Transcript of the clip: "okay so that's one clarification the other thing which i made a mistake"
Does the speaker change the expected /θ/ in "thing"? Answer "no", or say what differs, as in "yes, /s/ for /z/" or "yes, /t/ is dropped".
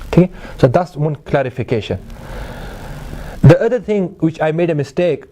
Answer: yes, /t/ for /θ/